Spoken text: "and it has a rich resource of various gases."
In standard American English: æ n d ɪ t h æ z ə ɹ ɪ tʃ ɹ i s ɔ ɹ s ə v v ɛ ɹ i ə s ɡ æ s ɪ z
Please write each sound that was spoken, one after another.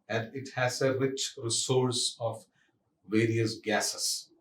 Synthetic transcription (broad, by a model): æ n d ɪ t h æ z ə ɹ ɪ tʃ ɹ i s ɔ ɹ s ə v v ɛ ɹ i ə s ɡ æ s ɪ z